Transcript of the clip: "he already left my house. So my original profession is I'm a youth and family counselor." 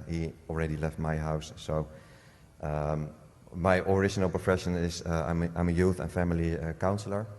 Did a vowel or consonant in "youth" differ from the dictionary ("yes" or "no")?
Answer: no